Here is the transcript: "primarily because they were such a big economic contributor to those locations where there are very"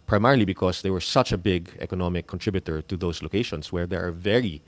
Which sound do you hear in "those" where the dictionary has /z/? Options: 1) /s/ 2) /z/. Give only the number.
1